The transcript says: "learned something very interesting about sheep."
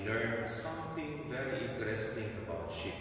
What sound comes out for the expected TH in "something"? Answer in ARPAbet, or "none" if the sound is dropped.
T